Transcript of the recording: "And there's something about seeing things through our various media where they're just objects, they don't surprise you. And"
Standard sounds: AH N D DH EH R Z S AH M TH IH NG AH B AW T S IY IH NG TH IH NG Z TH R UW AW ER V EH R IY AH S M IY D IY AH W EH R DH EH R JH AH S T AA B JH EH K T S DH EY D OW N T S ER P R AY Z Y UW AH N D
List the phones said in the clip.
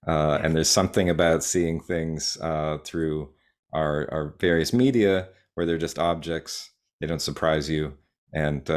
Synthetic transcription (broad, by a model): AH N DH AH R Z S AH M TH IH NG AH B AW T S IY IH NG TH IH NG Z TH R UW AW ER V EH R IY AH S M IY D IY AH W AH R DH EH R JH AH S T AA B JH EH K T S DH EY D OW N T S ER P R AY Z Y UW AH N